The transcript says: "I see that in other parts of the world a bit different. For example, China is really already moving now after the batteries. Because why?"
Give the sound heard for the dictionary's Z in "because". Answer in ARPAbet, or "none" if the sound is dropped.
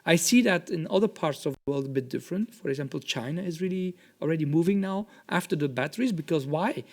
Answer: Z